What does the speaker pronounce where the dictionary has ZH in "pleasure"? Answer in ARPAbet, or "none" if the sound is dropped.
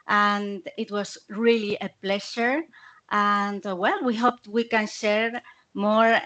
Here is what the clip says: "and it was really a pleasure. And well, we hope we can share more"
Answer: SH